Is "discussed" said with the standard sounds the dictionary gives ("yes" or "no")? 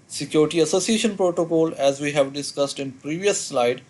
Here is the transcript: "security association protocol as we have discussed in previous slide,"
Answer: yes